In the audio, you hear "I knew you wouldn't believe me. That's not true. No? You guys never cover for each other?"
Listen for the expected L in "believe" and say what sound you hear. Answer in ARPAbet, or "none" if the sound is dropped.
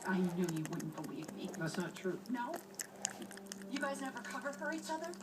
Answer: W